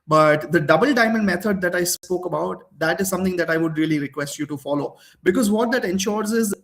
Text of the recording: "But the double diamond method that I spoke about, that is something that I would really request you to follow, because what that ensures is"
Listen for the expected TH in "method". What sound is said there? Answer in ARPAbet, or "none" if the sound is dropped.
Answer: T